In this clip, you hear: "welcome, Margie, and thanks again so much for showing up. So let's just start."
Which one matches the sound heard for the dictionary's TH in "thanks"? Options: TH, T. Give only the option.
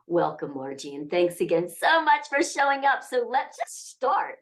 TH